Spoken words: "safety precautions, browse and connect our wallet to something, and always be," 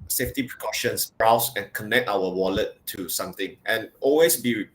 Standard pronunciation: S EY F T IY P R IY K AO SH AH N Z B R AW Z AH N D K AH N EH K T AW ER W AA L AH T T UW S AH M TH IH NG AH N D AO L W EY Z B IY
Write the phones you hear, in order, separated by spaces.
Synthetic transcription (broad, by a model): S EY F T IY P R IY K AO SH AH N S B R AW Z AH N K AH N EH K T AW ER W AA L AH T T UW S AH M T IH NG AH N AO L W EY S B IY